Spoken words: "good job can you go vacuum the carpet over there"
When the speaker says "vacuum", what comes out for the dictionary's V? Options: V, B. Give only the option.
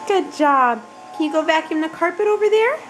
B